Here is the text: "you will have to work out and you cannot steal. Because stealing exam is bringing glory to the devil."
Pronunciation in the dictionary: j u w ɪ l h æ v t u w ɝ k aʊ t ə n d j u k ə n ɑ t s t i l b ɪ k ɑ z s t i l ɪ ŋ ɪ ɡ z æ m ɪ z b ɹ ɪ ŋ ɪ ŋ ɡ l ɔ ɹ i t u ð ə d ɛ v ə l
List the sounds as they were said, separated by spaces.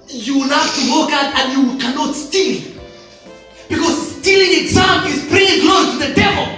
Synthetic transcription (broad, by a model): j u w ɪ l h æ f t u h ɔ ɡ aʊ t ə n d j u k ə n ɑ t s t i l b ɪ k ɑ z s t i l ɪ ŋ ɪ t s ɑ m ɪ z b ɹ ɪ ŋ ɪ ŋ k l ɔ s t u ð ə d ɛ v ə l